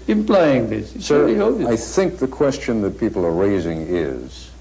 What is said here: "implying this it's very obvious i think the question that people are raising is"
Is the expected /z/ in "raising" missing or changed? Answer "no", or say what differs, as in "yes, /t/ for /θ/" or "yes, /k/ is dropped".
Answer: no